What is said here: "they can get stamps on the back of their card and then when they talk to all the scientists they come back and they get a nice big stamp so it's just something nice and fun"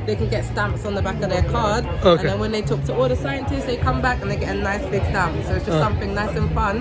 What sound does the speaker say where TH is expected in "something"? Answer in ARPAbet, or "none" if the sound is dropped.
TH